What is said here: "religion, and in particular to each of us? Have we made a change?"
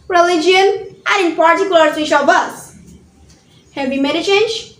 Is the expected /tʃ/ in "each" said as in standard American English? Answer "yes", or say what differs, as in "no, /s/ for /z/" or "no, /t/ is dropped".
no, /ʃ/ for /tʃ/